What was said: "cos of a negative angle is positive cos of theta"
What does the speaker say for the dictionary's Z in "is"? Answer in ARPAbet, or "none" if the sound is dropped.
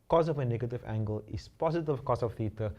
S